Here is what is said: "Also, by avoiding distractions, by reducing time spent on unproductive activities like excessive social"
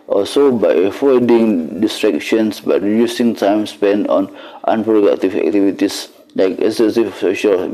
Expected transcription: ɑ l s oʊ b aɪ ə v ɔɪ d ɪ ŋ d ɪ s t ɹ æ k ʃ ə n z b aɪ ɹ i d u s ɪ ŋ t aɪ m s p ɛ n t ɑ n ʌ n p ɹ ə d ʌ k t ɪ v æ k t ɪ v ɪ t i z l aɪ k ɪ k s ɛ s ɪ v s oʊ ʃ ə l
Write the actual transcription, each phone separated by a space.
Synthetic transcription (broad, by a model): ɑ l s oʊ b aɪ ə f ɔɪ d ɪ ŋ d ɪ s t ɹ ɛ k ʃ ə n s b aɪ ɹ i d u s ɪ ŋ t aɪ m s p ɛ n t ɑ n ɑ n p ɹ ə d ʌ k t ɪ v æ k t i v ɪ t i s l aɪ k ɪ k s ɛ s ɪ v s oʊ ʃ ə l